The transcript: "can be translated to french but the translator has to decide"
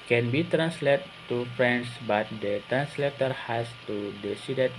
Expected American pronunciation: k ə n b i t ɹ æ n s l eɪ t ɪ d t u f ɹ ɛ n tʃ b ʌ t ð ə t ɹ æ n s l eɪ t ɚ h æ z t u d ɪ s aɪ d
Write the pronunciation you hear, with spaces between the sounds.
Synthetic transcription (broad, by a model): k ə n b i t ɹ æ n s l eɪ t t u f ɹ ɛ n s b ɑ t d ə t ɹ æ n s l eɪ t ɚ h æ s t u d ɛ s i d